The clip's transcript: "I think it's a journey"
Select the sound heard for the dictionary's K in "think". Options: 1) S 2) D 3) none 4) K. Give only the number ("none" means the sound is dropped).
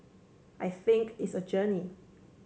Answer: 4